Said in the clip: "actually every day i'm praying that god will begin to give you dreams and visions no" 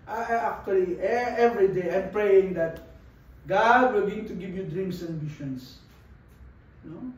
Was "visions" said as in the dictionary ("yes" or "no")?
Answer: no